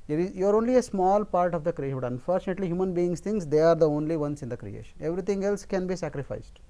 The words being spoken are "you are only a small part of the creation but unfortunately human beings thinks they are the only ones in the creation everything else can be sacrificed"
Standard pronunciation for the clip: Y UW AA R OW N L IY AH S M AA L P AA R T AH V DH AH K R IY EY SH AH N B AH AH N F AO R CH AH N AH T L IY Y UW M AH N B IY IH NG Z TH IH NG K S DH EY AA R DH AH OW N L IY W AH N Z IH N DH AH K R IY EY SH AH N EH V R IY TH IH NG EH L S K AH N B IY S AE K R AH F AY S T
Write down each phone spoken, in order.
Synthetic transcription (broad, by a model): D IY AA R OW N L IY AH S M AA L P AA R T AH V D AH K R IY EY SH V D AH AH N F AO R CH AH N AH T L IY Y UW M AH N B IY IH NG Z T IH NG S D EY AA R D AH OW N L IY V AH N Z IH N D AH K R IY EY SH AH N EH V R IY T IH NG EH L S K AH N B IY S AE K R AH F AY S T